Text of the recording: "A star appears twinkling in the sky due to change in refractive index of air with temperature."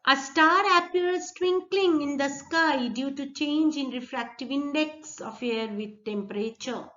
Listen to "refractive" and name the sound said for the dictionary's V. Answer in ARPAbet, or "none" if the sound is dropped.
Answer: V